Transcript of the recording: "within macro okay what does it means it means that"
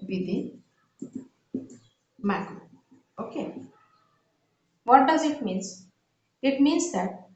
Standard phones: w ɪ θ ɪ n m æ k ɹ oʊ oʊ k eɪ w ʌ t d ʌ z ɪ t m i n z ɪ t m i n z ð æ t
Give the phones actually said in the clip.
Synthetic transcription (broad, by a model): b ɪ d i m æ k oʊ oʊ k eɪ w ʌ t d ʌ z ɪ t m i n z ɪ t m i n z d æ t